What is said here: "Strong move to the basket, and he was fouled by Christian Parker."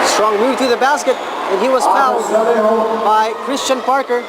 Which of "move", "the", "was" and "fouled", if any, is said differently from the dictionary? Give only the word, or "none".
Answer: fouled